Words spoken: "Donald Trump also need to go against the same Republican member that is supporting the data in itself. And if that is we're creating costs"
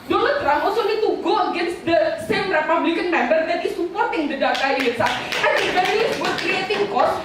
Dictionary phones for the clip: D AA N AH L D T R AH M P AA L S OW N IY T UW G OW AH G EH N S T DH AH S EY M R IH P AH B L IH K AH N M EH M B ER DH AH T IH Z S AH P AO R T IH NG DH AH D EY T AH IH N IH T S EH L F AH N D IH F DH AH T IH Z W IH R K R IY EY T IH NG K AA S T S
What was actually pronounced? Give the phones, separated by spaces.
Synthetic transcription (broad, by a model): D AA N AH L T R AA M AA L S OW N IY T UW G OW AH G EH N S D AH S EY M R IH P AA B L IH K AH N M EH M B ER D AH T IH S AH P AO R T IH NG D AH D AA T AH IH L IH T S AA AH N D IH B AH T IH S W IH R K R IY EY T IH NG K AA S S